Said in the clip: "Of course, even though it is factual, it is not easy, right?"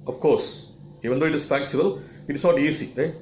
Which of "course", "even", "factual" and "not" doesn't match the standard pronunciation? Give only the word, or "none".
factual